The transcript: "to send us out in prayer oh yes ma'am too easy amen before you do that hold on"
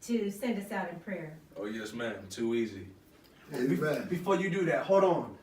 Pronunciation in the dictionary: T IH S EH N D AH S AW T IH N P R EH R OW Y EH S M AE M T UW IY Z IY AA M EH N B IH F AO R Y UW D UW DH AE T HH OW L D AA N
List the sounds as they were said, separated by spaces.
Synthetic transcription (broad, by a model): T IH S EH N D AH S AW T IH N P R EH R OW Y EH S M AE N T UW IY Z IY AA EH B IH F AO R Y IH D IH DH AE T HH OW D N